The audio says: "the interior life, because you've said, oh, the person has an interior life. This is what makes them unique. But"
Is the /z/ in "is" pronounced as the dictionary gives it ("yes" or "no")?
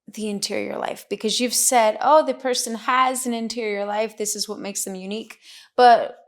yes